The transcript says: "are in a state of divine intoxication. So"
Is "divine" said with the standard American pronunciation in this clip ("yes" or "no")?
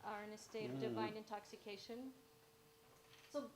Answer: yes